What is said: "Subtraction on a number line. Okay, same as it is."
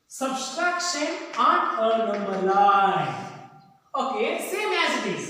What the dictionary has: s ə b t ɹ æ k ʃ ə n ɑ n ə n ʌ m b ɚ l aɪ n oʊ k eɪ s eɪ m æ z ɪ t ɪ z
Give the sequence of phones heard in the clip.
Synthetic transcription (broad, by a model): s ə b t ɹ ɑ k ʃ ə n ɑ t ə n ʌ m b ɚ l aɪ oʊ k eɪ s eɪ m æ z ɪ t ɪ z